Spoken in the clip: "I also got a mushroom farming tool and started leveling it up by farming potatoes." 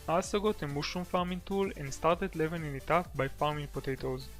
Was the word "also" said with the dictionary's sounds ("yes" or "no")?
no